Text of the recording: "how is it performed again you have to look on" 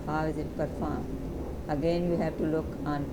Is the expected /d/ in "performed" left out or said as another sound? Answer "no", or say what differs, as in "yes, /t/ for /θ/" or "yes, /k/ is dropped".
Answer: yes, /d/ is dropped